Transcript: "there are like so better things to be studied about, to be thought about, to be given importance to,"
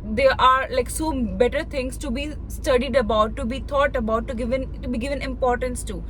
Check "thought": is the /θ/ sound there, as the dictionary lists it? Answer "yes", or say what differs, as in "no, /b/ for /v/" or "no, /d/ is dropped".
no, /t/ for /θ/